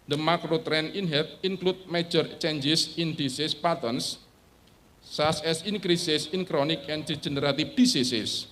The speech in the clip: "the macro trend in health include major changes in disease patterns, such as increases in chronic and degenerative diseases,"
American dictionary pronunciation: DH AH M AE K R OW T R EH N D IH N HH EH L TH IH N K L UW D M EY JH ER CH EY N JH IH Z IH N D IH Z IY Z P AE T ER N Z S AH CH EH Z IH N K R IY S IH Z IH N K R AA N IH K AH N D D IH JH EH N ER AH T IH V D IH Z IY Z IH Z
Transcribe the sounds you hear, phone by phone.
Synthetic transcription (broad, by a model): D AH M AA K R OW T R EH N IH N HH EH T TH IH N K L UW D M EY JH ER CH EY N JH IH S IH N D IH S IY S P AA T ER N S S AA S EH S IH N K R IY S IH S IH N K R AA N IH K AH N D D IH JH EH N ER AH T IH F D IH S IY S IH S